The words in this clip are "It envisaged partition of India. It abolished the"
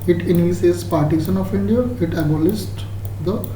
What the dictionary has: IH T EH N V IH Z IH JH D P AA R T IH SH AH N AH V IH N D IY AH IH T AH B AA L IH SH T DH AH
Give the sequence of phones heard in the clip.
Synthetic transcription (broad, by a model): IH T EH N IH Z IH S P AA R T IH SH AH N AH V IH N D IY AH IH T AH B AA L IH S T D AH